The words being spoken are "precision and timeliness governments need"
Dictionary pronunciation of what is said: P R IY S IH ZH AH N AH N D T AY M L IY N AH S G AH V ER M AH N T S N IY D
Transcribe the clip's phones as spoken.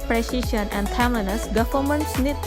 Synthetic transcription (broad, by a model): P R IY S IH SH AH N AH N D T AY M IY N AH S G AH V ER M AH N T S N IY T